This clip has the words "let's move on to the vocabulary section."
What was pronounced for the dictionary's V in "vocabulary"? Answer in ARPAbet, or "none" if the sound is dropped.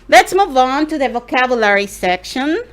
V